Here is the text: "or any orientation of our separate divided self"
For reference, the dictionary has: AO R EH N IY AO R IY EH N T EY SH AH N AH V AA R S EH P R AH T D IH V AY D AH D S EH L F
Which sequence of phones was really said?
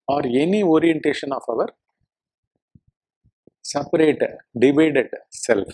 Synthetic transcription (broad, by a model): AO R EH N IY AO R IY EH N T EY SH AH N AH V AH R S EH P R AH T D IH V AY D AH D S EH L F